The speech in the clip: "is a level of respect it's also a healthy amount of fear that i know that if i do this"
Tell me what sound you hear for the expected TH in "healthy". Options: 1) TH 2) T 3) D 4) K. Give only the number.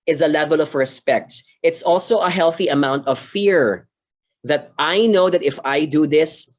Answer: 1